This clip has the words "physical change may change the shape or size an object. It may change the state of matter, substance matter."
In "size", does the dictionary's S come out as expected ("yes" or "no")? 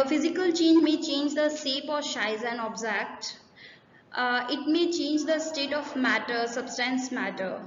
no